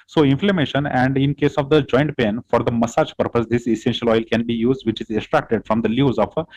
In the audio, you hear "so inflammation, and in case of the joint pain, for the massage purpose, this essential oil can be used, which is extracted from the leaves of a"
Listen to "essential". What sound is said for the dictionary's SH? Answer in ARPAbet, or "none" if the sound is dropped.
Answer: SH